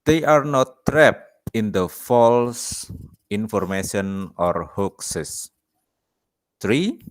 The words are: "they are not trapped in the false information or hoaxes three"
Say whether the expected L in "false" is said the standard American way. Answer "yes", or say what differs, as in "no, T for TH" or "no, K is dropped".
yes